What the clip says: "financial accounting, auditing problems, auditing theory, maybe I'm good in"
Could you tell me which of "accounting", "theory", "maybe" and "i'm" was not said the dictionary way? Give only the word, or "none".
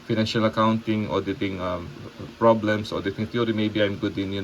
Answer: theory